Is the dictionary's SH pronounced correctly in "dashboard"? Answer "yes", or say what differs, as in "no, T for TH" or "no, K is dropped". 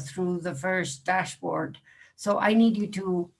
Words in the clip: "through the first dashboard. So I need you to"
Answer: yes